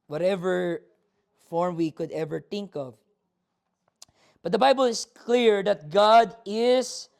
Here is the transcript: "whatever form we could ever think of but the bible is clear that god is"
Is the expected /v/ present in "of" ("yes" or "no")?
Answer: yes